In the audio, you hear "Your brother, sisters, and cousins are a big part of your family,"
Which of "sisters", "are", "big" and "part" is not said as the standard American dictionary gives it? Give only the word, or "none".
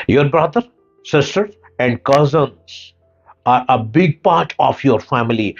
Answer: sisters